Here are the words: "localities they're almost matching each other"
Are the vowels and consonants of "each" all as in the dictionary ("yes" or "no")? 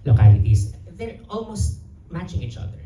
yes